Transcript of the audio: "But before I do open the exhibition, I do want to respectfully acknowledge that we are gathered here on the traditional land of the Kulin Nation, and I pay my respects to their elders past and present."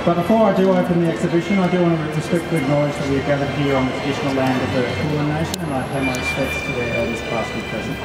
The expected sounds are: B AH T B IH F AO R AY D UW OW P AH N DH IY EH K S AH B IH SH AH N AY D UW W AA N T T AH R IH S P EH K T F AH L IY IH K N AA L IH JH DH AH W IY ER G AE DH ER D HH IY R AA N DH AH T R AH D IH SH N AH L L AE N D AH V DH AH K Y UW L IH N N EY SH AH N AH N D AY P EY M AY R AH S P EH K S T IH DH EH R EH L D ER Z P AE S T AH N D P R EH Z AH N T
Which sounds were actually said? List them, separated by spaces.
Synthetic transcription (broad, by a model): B AH T B IH F AO R AY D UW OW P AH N DH IY EH K S AH B IH SH AH N AY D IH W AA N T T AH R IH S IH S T AH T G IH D N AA IH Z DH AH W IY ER G AE DH ER D HH IY R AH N DH AH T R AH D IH SH N L L AE N D AH V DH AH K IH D N EY SH AH N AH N AY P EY M AY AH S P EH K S T IH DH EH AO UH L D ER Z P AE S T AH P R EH Z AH N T